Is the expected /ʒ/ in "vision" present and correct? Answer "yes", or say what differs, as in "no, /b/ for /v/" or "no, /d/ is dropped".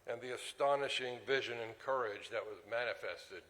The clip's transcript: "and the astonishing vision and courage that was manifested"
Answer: yes